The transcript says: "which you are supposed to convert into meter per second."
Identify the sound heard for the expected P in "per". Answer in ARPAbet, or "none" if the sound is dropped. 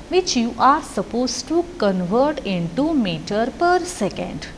P